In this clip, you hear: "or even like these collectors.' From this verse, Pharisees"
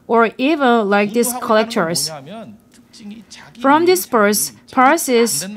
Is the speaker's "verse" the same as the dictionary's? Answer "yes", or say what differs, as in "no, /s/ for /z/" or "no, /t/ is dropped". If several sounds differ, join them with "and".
no, /p/ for /v/